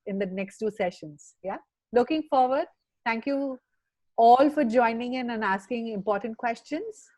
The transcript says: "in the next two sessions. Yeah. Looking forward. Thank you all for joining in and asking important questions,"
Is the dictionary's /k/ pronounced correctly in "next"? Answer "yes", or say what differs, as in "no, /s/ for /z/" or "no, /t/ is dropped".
yes